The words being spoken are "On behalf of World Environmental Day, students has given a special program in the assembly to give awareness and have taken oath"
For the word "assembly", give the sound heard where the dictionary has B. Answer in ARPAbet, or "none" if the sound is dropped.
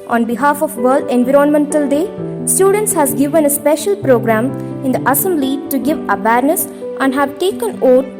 none